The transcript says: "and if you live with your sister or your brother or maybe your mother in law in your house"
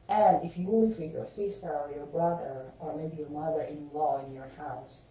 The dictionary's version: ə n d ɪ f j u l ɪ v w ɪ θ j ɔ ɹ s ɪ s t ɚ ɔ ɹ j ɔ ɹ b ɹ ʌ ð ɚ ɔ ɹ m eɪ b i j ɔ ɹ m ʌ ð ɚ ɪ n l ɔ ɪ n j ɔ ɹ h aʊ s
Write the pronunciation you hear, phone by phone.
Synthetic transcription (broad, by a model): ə n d ɪ f j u w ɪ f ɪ j ɔ ɹ s ɪ s t ɚ ɔ ɹ j ɔ ɹ b ɹ ʌ ð ɚ ɔ ɹ m eɪ b i j ɔ ɹ m ʌ ð ɚ ɪ n l ɔ ɪ n j ɔ ɹ h aʊ s